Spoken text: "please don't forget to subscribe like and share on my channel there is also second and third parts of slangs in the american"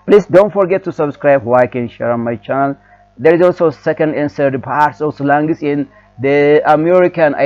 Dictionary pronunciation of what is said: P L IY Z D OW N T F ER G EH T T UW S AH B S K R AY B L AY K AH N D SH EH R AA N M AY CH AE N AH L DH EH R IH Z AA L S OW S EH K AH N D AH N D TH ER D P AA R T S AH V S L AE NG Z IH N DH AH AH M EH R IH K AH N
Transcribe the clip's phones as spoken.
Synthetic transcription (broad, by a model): P L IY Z D OW N T F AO G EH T T UW S AH B S K R AY B W AY K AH N SH EH R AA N M AY CH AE N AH L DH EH R IH Z AA L S OW S EH K AH N D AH N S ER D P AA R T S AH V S L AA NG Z IH N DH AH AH M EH R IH K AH N